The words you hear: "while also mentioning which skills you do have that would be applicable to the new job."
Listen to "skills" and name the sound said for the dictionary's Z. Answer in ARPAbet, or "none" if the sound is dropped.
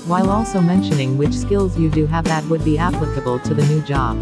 Z